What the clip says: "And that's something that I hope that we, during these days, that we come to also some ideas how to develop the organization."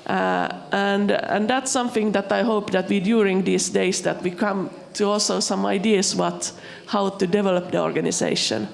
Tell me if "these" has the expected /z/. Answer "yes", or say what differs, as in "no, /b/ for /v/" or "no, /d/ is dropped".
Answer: no, /s/ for /z/